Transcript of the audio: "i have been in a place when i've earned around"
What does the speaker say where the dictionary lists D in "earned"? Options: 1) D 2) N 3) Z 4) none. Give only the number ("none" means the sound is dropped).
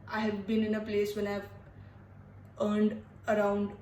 1